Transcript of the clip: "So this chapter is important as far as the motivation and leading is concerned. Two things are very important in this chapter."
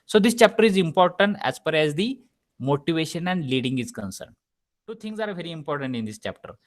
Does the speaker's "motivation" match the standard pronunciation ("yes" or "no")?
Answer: yes